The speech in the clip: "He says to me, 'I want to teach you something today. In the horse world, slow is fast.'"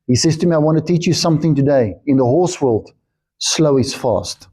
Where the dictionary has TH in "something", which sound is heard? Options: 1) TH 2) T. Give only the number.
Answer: 1